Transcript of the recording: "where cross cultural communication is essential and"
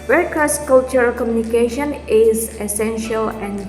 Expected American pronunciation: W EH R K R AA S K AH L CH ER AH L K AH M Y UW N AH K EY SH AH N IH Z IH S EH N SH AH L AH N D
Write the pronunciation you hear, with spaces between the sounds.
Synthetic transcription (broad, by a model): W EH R K AA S K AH L CH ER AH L K AH M Y UW N AH K EY SH AH N IH Z IH S EH N SH AH L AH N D